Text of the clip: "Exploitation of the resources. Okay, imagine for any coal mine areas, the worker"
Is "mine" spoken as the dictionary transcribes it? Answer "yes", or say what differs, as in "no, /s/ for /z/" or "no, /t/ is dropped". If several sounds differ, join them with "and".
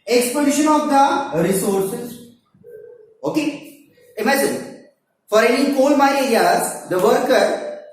no, /n/ is dropped